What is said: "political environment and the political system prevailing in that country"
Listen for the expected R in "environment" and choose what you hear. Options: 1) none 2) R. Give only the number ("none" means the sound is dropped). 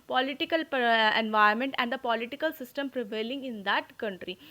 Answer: 1